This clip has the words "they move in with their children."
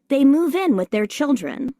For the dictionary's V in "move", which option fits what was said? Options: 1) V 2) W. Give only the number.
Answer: 1